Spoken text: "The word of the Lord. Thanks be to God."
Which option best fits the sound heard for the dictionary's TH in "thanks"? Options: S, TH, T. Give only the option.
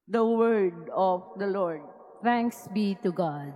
T